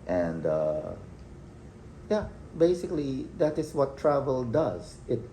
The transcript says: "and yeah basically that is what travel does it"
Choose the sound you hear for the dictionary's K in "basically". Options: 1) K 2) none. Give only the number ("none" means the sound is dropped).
1